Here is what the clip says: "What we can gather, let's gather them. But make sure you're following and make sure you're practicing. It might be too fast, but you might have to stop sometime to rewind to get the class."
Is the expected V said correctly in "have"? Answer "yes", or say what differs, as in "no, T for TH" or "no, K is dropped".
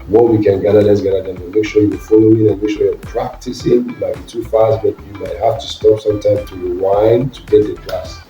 no, F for V